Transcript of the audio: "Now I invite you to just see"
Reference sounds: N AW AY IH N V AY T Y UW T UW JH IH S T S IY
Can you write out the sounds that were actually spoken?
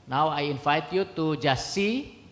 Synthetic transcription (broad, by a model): N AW AY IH N F AY T Y UW T UW JH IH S S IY